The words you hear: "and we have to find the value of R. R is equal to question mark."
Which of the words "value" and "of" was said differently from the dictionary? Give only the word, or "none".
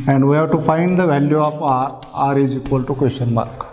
of